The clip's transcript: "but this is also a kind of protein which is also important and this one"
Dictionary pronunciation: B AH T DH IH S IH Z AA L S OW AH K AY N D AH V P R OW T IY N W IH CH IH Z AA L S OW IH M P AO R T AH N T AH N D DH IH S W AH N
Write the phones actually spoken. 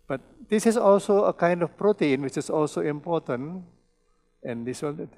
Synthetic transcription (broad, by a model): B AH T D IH S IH S AA L S OW AH K AY N D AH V P R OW T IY N W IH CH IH S AA L S OW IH M P AO T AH N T AH N D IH S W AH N